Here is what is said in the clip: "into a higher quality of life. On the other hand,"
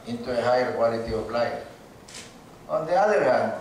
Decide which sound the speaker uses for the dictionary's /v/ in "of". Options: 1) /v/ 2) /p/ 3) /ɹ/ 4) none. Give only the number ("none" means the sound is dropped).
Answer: 2